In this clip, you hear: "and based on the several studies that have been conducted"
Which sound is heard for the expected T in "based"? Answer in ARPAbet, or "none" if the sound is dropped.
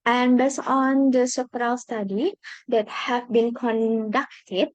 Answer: none